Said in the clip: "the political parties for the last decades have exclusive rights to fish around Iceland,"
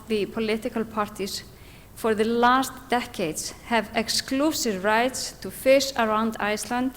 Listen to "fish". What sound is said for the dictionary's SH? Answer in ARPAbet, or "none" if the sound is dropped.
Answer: S